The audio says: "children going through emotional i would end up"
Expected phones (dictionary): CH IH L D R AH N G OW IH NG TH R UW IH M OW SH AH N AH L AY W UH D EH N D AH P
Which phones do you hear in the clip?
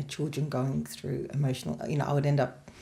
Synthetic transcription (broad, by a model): CH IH L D R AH N G OW IH NG TH R UW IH M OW SH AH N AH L AY W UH D EH N D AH P